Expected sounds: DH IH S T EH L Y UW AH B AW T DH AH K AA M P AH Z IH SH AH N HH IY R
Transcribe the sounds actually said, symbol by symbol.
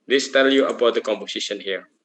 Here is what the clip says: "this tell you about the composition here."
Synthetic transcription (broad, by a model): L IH S T EH L Y UW AH B AW T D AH K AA M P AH S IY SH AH N HH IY R